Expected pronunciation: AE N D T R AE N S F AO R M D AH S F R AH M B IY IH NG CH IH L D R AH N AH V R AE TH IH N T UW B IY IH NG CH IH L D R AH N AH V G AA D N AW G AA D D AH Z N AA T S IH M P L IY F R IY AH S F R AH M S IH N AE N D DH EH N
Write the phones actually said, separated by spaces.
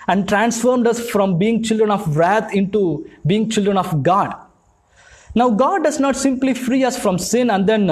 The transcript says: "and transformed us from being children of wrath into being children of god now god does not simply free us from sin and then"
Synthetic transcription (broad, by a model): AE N D T R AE N S F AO R M D AH S F R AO M B IY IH NG CH IH L D R AH N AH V R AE T IH N T UW B IY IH NG CH IH L D R AH N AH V G AA D N AW G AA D D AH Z N AA T S IH M P L IY F R IY AH S F R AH M S IH N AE N D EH N